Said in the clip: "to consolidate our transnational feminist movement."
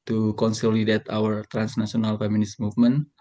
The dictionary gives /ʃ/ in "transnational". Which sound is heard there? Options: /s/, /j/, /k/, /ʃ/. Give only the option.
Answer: /s/